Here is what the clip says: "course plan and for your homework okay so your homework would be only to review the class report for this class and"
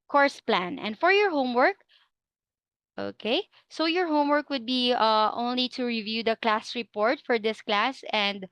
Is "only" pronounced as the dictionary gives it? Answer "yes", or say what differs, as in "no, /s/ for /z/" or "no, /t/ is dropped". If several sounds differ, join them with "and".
yes